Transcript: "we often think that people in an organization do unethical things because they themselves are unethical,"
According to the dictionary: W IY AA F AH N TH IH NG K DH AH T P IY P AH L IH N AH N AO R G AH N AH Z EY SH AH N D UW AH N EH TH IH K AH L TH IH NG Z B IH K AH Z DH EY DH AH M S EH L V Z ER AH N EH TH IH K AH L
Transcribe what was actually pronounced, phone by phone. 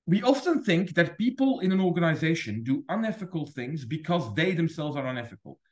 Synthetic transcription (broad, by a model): W IY AA F AH N TH IH NG K DH AH T P IY P AH L IH N AH N AO R G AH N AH Z EY SH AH N D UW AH N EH F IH K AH L TH IH NG Z B IH K AH Z DH EY DH AH M S EH L V Z ER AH N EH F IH K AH L